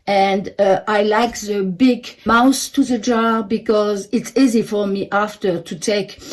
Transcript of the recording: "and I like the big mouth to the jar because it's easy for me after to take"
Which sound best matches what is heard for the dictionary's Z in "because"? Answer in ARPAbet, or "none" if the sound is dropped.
Z